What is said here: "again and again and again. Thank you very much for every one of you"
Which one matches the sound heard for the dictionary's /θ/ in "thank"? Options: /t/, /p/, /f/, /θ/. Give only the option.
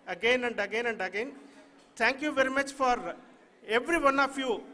/t/